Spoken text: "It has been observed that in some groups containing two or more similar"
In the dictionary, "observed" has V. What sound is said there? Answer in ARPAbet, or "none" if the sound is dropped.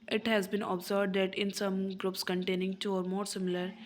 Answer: B